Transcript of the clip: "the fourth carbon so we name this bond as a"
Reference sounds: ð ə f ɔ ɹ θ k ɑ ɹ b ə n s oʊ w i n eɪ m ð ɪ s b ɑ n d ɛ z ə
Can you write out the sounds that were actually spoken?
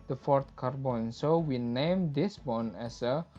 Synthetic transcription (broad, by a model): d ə f ɔ ɹ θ k ɑ ɹ b ə n s oʊ w i n eɪ m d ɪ s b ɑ n ɛ s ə